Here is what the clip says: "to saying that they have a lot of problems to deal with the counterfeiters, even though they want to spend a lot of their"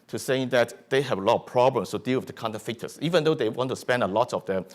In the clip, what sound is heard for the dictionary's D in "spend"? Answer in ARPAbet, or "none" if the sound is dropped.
D